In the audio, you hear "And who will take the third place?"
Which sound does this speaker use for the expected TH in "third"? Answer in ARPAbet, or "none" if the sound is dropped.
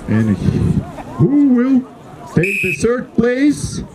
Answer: S